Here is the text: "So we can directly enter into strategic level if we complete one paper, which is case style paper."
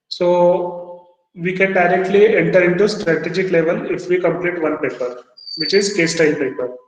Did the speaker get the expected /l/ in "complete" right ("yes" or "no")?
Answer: yes